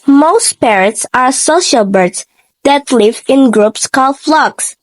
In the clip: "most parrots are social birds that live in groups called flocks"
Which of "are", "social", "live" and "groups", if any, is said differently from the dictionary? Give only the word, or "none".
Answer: none